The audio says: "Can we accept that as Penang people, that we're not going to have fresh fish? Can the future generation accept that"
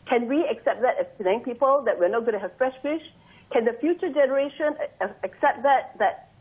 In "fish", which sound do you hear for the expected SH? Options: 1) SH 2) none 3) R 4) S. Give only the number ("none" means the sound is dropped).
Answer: 1